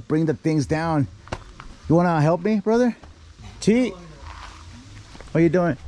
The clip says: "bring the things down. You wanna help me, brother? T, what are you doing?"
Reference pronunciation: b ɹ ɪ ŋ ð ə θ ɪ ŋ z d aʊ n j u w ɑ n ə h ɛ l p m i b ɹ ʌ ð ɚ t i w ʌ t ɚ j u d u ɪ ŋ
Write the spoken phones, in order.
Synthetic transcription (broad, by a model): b ɹ ɪ ŋ ð ə θ ɪ ŋ z d aʊ n j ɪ w ɑ n ə h ɛ l p m i b ɹ ʌ ð ɚ t i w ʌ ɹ j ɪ d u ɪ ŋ